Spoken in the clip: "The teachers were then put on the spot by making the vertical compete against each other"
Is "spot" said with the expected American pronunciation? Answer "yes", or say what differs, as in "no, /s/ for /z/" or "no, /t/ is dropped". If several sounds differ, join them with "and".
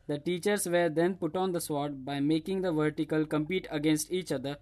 no, /p/ is dropped